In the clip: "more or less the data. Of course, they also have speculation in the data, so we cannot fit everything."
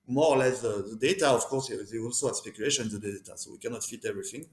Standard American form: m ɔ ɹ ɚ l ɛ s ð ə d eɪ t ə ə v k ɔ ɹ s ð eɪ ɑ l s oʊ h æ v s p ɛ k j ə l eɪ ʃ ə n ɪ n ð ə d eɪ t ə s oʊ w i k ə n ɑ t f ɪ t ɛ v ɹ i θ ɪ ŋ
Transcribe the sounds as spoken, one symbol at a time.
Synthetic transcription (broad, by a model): m ɔ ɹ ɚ l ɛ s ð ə d eɪ t ə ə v k ɔ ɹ s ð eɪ ɑ l s oʊ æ s p ɛ k j ə l eɪ ʃ ə n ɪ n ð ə d eɪ t ə s oʊ w i k ə n ɑ t f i t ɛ v ɹ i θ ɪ ŋ